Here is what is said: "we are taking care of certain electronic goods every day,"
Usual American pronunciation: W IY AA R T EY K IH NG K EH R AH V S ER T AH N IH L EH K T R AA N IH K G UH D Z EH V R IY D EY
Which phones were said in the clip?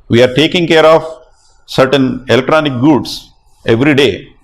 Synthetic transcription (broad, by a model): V IY AA R T EY K IH NG K EH R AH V S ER T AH N IH L EH K T R AA N IH K G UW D S EH V R IY D EY